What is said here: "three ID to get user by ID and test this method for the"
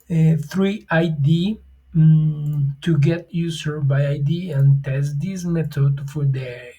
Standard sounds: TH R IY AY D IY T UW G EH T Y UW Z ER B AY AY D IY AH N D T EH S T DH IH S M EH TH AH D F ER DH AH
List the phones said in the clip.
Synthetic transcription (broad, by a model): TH R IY AY D IY T UW G EH T Y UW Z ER B AY AY D IY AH N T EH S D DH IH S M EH T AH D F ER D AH